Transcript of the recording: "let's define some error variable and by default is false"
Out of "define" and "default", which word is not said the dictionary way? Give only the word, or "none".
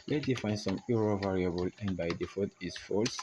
default